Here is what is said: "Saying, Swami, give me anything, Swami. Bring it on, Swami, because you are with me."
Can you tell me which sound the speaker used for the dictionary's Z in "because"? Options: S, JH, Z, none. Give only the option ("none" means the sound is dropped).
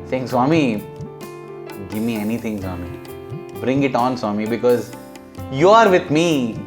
Z